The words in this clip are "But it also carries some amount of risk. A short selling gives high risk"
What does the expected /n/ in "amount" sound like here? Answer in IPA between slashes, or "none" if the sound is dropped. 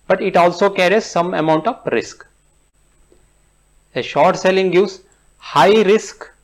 /n/